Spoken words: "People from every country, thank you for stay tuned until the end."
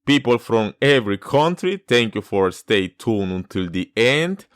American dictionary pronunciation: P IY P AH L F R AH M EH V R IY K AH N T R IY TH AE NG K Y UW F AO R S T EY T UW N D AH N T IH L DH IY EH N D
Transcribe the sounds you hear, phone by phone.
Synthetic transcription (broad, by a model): P IY P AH L F R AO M EH V R IY K AH N T R IY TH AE NG K Y UW F AO R S T EY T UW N AH N T IH L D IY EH N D